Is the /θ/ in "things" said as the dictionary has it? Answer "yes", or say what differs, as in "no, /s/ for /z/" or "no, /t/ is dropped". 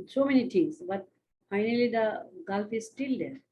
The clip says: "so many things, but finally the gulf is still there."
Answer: no, /t/ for /θ/